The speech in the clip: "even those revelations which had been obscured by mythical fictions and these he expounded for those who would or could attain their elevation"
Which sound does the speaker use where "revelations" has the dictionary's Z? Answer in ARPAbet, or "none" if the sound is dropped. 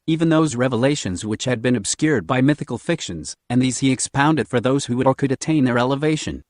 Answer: Z